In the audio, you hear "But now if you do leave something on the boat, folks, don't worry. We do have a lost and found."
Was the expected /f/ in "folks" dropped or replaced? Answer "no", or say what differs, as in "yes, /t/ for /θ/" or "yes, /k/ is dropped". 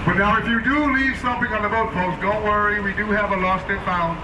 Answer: yes, /p/ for /f/